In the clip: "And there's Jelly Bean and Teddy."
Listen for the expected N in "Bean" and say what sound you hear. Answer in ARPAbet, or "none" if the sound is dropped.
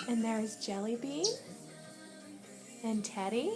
none